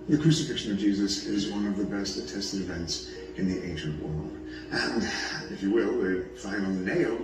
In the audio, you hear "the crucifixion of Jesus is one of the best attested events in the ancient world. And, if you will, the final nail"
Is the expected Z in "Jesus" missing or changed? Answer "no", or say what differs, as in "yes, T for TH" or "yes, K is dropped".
no